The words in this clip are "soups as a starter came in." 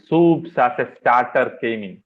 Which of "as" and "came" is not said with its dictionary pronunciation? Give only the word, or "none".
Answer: as